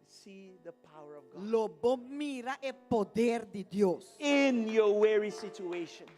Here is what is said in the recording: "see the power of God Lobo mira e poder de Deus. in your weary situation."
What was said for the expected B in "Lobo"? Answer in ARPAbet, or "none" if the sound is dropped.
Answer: B